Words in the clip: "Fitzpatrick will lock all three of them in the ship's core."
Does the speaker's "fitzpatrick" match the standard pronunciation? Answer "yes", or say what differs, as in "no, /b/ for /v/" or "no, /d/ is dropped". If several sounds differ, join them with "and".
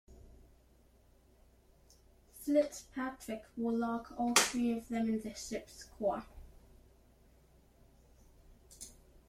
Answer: no, /s/ is dropped